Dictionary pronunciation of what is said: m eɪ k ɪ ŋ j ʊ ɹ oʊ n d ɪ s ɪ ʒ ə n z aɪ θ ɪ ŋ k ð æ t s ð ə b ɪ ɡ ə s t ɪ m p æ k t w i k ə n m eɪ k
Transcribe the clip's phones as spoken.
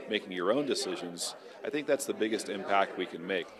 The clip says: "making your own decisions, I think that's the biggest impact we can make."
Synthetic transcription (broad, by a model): m eɪ k ɪ ŋ j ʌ ɹ oʊ n d ɪ s ɪ ʒ ə n z aɪ θ ɪ ŋ k ð æ t s ð ə b ɪ ɡ ə s t ɪ m p æ k t w i k ə n m eɪ k